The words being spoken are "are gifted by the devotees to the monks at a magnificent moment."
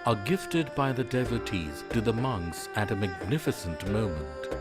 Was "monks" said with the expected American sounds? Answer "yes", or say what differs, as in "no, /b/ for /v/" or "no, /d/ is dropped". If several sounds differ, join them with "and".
yes